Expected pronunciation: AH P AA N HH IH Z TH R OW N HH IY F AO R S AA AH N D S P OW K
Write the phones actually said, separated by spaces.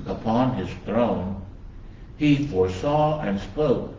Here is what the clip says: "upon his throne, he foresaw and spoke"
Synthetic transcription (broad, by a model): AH P AA N IH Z TH R OW N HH IY F AO R S AA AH N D S P OW K